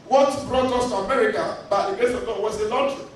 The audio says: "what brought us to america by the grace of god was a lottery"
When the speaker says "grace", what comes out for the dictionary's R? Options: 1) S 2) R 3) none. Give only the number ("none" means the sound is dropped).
3